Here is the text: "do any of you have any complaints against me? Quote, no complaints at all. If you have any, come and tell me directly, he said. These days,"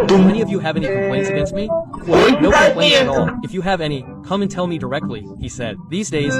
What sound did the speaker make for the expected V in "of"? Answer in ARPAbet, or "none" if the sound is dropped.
V